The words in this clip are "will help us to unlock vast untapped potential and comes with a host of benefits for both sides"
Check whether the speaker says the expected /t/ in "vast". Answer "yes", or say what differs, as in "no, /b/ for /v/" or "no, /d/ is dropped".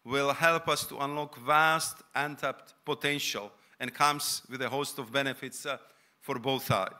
yes